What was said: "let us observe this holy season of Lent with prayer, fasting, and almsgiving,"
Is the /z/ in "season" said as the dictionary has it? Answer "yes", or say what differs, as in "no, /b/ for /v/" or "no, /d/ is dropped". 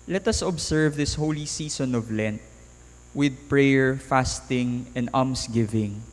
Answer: no, /s/ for /z/